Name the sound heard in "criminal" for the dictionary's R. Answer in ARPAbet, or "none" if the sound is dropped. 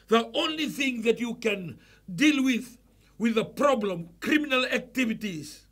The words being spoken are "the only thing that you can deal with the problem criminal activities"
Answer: R